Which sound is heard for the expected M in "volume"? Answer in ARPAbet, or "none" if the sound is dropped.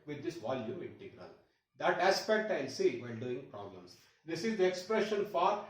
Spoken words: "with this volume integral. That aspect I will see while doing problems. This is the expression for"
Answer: M